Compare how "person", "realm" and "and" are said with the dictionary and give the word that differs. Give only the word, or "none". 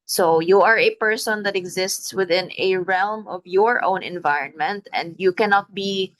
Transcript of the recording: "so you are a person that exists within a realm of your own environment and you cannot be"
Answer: none